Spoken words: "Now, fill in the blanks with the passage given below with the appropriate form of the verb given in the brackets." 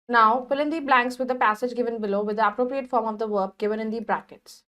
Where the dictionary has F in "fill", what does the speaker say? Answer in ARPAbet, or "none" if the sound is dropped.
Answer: P